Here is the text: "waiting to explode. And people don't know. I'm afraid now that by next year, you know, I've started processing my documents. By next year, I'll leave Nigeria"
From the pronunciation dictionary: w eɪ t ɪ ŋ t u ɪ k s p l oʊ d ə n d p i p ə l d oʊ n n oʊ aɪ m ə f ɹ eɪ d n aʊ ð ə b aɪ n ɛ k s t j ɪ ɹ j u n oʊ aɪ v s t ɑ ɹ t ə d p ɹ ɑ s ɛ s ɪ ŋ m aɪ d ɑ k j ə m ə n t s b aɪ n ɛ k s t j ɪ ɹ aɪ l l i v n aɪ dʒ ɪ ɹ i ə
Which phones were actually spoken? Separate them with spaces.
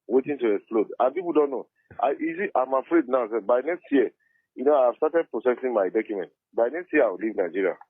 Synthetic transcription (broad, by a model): w eɪ t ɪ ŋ t u ɪ k s p l oʊ d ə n p i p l d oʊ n n oʊ aɪ m ə f ɹ eɪ d n aʊ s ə b aɪ n ɛ k s t j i j u n oʊ aɪ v s t ɑ t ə d p ɹ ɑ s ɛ s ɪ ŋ m aɪ d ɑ k j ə m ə n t b aɪ n ɛ k s t j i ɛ aɪ w l i v n aɪ dʒ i ɹ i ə